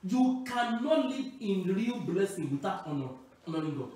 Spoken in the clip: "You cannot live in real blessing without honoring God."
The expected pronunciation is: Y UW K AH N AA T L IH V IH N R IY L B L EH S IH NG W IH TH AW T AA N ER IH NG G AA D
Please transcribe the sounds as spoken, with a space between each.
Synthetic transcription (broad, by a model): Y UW K AH N AA T L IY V IH N R IY L B L EH S IH NG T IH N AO AA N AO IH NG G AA